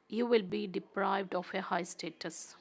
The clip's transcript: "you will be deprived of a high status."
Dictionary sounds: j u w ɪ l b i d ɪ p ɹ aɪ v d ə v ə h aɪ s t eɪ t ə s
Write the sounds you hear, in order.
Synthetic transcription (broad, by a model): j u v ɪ l b i d ɪ p ɹ aɪ v d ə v ə h aɪ s t eɪ t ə s